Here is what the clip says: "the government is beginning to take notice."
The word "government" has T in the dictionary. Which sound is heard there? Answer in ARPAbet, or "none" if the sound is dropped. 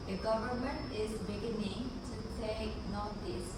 T